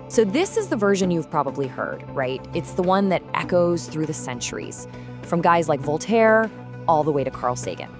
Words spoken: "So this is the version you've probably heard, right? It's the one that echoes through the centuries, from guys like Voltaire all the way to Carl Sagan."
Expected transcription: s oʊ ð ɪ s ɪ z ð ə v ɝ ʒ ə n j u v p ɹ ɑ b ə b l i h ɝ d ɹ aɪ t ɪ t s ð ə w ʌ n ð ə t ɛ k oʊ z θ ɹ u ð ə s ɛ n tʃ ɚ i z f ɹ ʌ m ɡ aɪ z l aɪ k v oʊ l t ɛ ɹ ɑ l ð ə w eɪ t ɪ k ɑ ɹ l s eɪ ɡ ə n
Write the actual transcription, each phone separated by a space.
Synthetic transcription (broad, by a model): s oʊ ð ɪ s ɪ z ð ə v ɝ ʒ ə n j u v p ɹ ɑ b ə b l i h ɝ d ɹ aɪ t ɪ t s ð ə w ʌ n ð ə t ɛ k oʊ z θ ɹ u ð ə s ɛ n tʃ ɚ i z f ɹ ʌ m ɡ aɪ z l aɪ k v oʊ l t ɛ ɹ ɑ l ð ə w eɪ t ɪ k ɑ ɹ l s eɪ ɡ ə n